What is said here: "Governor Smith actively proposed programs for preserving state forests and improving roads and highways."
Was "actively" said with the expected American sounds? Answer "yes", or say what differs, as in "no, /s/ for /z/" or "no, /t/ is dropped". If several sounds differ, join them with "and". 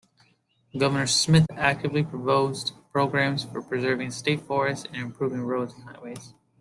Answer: yes